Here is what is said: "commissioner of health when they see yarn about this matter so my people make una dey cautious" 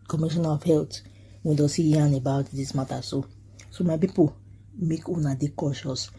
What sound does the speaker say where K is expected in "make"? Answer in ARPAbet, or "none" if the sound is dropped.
K